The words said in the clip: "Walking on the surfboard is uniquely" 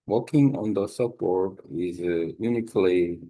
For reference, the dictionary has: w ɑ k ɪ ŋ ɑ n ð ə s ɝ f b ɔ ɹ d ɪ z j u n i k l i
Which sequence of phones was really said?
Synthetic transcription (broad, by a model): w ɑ k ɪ ŋ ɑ n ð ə s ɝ p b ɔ ɹ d ɪ z j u n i k l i